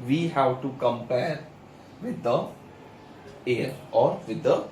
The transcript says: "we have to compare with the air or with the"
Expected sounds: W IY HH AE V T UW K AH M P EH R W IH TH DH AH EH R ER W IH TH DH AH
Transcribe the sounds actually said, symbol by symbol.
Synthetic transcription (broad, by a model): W IY HH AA W T UW K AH M P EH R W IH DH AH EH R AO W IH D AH